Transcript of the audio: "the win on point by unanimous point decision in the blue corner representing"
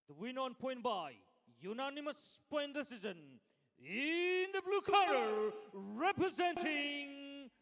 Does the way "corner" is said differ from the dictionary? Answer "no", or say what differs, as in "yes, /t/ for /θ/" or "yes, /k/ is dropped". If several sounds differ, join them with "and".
yes, /n/ is dropped